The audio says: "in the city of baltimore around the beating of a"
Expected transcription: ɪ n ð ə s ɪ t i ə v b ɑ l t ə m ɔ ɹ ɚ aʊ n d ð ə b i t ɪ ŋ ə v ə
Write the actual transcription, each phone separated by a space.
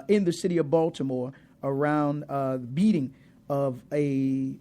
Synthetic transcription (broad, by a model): ɪ n ð ə s ɪ t i ə v b ɑ l t ə m ɔ ɹ ɚ aʊ n d ð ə b i t ɪ ŋ ə v